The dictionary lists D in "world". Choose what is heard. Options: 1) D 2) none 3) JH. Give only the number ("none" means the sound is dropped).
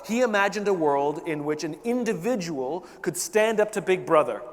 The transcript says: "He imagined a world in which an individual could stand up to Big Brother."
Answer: 1